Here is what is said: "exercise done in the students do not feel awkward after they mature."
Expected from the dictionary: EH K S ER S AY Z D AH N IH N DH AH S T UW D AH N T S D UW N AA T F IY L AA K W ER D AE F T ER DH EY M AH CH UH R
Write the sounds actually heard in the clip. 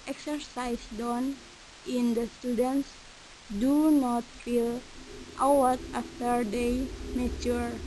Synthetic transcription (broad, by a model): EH K S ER S AY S D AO N IH N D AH S T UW D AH N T S D UW N AA T F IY L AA W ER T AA F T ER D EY M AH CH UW R